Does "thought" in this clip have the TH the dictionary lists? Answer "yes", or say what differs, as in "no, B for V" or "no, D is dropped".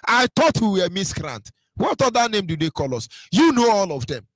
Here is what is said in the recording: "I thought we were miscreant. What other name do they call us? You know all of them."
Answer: no, T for TH